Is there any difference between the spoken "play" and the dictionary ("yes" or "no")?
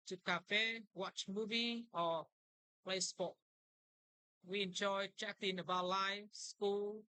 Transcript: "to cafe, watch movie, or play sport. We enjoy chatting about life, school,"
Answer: no